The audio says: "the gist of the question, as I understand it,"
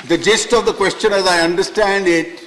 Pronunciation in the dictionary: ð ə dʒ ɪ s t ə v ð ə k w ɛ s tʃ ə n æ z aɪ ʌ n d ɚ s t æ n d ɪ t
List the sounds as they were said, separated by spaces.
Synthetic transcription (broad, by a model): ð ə dʒ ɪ s t ə v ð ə k w ɛ s tʃ ə n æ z aɪ ʌ n d ɚ s t æ n d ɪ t